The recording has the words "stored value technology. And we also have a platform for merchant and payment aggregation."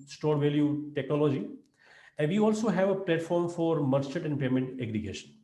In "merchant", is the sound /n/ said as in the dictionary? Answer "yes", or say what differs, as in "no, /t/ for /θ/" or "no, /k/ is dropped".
no, /n/ is dropped